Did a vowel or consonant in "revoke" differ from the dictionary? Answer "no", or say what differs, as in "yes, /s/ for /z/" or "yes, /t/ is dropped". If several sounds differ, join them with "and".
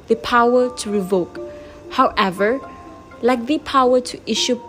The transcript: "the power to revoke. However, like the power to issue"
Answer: no